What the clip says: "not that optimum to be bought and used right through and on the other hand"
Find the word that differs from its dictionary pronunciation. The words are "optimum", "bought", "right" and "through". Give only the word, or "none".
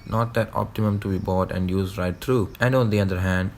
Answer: through